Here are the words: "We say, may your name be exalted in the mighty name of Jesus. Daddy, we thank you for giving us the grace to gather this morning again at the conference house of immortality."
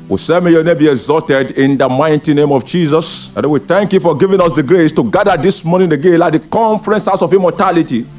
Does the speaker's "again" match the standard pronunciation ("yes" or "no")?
no